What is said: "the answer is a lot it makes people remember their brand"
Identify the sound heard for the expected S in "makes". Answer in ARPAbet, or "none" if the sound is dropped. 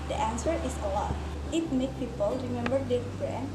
none